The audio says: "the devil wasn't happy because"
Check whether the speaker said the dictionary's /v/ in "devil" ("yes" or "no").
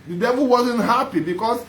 yes